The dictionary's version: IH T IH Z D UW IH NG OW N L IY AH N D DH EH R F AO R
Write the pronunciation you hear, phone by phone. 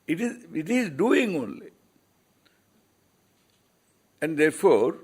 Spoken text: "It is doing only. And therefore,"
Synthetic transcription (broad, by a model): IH T IH Z D UW IH NG OW N L IY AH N D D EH R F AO R